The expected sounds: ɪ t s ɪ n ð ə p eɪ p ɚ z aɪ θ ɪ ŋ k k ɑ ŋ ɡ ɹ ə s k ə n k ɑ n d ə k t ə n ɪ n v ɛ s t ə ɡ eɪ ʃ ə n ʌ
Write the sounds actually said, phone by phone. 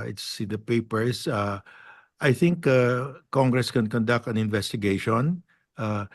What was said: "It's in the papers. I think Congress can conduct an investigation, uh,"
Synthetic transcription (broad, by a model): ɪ t s ɪ n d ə p eɪ p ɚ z aɪ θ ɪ ŋ k k ɑ ŋ ɡ ɹ ə s k ə n k ɑ n d ə k t ə n ɪ n v ɛ s t ə ɡ eɪ ʃ ə n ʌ